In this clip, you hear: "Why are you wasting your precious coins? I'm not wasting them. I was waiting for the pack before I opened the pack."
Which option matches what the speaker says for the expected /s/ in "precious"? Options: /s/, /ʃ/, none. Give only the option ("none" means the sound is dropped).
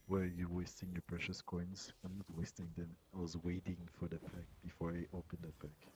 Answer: /s/